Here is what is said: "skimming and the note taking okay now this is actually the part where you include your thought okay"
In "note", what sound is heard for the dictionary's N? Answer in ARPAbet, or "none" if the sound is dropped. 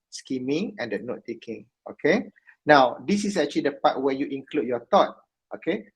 N